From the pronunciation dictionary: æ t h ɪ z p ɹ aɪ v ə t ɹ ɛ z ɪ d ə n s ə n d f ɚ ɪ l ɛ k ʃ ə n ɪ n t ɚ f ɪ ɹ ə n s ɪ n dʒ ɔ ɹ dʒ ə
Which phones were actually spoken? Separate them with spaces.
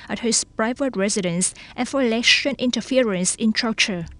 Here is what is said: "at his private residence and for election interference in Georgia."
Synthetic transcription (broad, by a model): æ t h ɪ s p ɹ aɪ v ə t ɹ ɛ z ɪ d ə n s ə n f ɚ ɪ l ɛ ʃ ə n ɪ n t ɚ f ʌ ɹ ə n s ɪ n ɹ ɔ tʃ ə